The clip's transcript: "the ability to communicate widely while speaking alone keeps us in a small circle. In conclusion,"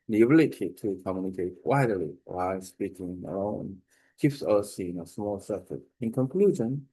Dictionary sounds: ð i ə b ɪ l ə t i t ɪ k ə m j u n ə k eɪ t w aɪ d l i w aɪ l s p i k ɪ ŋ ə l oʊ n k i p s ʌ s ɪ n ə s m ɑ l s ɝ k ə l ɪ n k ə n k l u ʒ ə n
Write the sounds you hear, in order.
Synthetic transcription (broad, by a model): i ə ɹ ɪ l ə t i t ɪ k ə m j u n ə k eɪ t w aɪ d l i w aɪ s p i k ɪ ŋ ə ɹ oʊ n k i f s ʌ s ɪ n ə s m ɑ l s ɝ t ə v ɪ n k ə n k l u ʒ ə n